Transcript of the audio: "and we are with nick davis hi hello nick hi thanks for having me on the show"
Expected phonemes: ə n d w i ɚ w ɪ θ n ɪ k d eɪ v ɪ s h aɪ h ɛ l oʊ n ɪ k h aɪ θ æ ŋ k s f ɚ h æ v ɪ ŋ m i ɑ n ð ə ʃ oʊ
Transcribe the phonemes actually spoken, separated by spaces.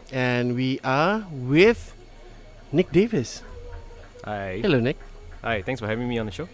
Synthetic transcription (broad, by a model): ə n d w i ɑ w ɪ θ n ɪ k d eɪ v ɪ s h aɪ h ɛ l oʊ n ɪ k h aɪ t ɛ ŋ s f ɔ h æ v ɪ ŋ m i ɑ n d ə ʃ oʊ